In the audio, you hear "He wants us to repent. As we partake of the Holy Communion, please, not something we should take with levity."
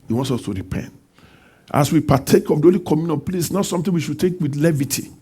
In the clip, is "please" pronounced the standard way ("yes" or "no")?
no